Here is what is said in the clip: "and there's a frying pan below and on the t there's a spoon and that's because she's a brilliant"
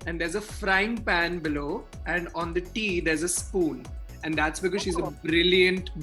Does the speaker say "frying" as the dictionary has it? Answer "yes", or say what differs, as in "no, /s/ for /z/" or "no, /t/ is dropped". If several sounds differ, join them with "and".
yes